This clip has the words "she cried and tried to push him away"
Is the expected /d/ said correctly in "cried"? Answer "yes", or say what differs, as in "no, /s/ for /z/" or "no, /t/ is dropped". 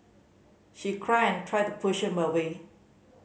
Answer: no, /d/ is dropped